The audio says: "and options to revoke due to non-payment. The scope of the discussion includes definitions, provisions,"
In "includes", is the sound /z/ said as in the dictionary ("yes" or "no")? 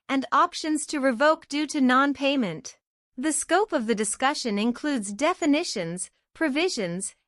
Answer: yes